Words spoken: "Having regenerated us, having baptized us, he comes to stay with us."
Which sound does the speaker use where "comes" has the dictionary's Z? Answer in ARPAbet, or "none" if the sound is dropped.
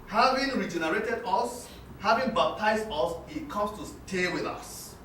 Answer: S